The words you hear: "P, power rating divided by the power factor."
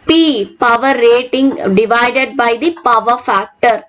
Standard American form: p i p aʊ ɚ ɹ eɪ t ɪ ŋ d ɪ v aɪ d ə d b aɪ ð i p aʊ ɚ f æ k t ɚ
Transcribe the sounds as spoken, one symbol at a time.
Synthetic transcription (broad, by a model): p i p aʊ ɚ ɹ eɪ t ɪ ŋ d ɪ v aɪ d ə d b aɪ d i p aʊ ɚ f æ k t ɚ